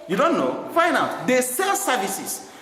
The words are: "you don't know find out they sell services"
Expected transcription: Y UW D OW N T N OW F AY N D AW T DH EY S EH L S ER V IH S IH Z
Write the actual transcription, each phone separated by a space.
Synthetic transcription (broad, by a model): Y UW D OW N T N OW F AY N AW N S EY S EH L S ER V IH S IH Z